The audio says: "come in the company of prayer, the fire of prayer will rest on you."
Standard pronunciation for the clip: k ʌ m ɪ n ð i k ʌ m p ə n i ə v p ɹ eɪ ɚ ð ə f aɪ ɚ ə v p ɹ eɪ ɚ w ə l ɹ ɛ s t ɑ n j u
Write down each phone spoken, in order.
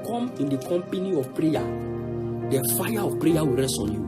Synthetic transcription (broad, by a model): k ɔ m ɪ n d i k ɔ m p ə n i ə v p ɹ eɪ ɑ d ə f aɪ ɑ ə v p ɹ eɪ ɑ w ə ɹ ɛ s ɑ n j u